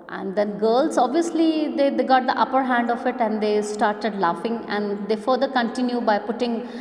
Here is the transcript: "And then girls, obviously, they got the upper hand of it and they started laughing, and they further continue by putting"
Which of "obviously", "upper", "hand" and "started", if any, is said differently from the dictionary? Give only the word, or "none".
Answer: none